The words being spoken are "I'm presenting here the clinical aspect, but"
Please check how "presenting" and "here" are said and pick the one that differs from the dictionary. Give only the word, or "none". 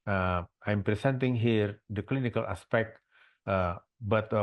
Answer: presenting